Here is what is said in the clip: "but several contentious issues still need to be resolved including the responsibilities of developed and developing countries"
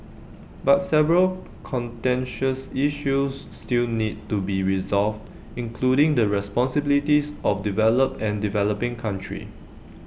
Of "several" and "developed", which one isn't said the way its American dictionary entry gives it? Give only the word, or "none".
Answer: developed